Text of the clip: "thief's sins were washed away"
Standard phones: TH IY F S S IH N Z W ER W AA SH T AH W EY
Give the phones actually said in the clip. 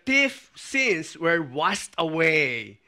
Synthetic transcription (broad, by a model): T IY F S S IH N S W ER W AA S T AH W EY